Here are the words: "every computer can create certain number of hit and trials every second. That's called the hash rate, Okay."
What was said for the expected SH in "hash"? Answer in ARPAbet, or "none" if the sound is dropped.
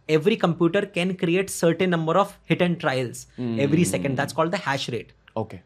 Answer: SH